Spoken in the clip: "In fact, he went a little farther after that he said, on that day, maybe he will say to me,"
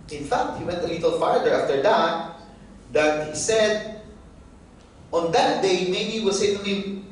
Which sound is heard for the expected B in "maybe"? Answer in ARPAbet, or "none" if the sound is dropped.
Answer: none